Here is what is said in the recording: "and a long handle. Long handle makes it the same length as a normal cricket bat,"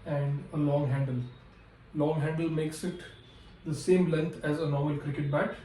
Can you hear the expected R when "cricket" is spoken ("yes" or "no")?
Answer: yes